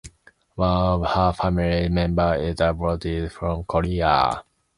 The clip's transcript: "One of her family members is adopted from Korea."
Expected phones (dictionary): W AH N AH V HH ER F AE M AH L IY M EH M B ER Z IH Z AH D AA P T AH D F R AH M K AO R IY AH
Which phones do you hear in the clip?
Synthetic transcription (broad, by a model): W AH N AH V HH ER F AE M AH L IY M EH M B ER IH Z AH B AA T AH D F R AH M K AO R IY AH